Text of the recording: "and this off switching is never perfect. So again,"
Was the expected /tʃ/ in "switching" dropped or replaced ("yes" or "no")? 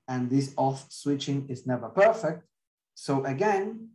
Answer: no